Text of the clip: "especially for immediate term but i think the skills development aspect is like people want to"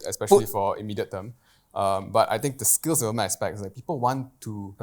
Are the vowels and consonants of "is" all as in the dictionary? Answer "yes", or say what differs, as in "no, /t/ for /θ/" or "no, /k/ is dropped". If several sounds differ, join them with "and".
no, /s/ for /z/